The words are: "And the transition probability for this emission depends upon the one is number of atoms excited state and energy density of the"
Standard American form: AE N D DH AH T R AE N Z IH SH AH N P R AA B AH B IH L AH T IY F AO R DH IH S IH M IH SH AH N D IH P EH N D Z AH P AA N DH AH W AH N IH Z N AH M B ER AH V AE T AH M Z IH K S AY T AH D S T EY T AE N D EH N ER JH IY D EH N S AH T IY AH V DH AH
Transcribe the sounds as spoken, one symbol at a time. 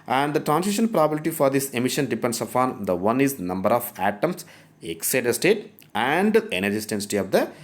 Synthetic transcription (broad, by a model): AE N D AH T R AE N S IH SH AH N P R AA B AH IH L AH T IY F AO R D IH S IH M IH SH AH N D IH P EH N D S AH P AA N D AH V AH N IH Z N AH M B ER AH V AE T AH M S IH K S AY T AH S T EY T AE N D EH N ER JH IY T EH N S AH T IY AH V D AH